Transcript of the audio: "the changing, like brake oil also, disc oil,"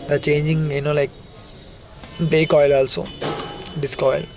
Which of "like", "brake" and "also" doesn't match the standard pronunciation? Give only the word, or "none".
brake